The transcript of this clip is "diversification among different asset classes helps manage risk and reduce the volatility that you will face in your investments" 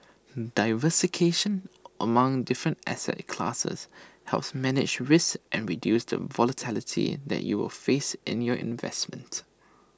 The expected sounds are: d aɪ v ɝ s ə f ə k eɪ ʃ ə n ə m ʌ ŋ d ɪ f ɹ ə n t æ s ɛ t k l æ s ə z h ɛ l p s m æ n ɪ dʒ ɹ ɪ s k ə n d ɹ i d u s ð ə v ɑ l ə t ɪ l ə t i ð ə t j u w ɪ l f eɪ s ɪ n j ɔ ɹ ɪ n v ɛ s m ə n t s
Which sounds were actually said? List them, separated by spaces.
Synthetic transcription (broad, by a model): d aɪ v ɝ s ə k eɪ ʃ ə n ə m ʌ ŋ d ɪ f ɹ ə n t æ s ɛ t k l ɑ s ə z h ɛ l p s m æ n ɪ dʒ ɹ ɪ s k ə n ɹ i d u s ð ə v ɑ l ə t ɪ l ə t i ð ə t j u w ɪ l f eɪ s ɪ n j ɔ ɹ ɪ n v ɛ s m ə n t